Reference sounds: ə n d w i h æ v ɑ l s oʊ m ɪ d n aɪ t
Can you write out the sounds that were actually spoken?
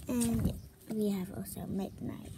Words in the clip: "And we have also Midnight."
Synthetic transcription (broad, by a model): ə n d w i h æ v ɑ s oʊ m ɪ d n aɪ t